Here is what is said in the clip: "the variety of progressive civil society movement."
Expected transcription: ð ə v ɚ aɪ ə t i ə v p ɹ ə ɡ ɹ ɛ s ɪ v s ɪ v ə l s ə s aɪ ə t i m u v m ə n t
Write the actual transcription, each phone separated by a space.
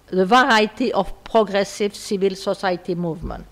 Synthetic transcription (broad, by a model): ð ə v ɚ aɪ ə t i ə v p ɹ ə ɡ ɹ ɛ s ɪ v s ɪ v ə l s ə s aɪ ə t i m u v m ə n t